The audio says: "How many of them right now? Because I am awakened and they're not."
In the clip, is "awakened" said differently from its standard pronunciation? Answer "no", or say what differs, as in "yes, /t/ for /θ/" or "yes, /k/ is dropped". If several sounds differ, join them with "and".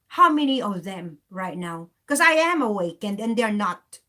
no